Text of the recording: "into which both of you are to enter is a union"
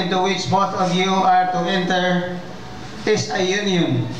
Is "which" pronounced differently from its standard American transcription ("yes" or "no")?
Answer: yes